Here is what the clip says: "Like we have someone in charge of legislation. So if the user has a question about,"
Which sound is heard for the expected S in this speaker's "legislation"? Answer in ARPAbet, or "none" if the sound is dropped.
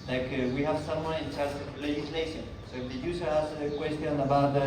S